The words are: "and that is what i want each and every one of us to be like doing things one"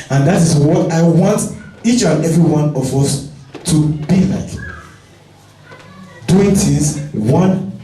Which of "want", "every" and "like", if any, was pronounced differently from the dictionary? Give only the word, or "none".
none